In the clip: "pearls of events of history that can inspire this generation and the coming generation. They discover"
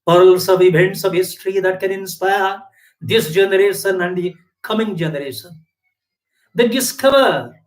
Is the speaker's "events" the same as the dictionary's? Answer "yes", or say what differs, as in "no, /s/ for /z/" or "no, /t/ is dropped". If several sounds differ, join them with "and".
no, /b/ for /v/